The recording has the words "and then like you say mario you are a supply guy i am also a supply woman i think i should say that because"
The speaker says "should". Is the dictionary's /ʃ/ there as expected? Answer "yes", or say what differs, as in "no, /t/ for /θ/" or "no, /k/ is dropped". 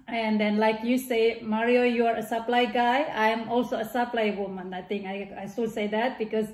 no, /s/ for /ʃ/